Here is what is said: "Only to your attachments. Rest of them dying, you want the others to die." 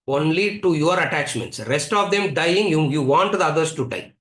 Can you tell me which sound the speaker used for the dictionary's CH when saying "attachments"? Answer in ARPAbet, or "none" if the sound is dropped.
CH